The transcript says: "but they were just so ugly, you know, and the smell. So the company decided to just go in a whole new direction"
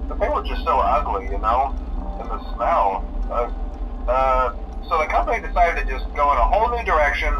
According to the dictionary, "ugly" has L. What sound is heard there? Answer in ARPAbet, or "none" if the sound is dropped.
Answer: L